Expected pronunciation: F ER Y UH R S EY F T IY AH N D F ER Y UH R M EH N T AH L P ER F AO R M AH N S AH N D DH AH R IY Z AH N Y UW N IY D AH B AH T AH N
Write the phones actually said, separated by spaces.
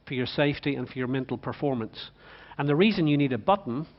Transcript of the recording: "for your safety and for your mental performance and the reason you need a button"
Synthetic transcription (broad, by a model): F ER Y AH R S EY F T IY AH N F ER Y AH R M EH N T L P ER F AO R M AH N S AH N DH AH R IY Z AH N Y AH N IY D AH B AH T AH N